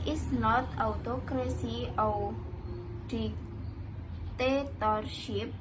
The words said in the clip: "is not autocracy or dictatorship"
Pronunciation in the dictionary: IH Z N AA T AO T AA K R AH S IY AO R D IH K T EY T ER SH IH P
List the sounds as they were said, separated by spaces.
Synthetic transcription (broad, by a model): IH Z N AA T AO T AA K R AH S IY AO W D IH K T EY T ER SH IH P